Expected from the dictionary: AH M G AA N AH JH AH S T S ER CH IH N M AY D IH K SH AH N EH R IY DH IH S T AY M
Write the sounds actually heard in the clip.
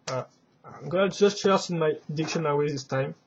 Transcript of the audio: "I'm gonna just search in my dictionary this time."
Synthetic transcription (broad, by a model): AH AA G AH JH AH S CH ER S IH N M AY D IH K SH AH N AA W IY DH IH S T AY M